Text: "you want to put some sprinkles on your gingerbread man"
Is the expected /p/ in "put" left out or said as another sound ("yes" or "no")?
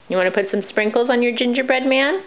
no